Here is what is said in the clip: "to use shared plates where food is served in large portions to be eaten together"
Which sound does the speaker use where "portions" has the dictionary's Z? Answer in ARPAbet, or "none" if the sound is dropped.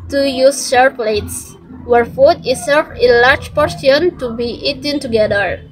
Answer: none